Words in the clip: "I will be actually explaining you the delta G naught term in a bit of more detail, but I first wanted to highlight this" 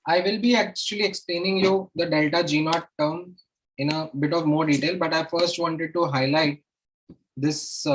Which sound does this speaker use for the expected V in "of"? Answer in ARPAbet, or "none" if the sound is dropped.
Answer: V